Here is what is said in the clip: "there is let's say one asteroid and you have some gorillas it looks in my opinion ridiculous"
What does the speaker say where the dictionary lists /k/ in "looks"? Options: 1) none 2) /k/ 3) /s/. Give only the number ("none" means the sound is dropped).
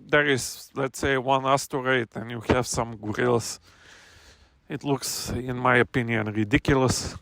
2